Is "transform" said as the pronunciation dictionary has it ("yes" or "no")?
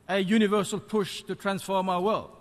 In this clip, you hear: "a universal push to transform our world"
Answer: yes